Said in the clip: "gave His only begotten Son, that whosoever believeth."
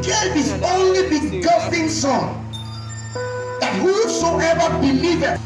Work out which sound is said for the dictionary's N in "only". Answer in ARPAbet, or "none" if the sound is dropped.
N